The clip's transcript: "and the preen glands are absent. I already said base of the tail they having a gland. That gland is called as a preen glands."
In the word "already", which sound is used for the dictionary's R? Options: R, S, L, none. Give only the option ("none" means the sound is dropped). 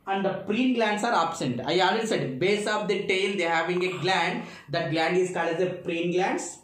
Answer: none